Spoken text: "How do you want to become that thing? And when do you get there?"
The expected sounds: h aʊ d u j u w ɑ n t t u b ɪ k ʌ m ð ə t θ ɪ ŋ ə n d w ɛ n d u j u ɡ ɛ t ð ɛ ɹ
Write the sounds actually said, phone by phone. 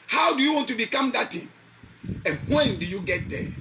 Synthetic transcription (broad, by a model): h aʊ d u j u w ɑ n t t u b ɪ k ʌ m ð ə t t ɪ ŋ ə n w ɛ n d u j u ɡ ɛ t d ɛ